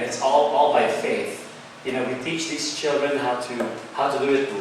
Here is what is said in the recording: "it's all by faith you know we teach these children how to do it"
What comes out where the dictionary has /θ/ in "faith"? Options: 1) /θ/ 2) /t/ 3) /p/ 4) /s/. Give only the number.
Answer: 1